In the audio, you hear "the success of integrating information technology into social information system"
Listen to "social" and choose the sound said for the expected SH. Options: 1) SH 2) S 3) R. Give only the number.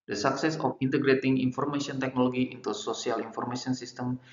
2